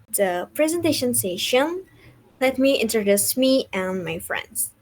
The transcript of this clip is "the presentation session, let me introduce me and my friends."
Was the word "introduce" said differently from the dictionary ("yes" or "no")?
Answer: no